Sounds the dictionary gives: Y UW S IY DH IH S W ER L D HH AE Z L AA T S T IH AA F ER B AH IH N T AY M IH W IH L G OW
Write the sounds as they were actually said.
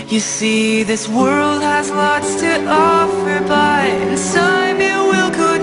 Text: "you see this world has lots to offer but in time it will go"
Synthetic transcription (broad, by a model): Y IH S IY DH IH S W ER L D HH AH Z L AA T S T IH AA F ER B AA IH N S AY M IH W IH L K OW